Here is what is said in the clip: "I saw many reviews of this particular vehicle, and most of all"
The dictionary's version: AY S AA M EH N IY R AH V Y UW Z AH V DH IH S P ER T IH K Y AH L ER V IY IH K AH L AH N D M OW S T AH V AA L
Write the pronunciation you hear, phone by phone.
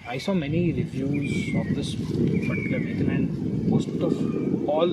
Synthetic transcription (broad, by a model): AY S AA M EH N IY R AH V Y UW Z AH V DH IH S F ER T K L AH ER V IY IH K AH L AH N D M OW S T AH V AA L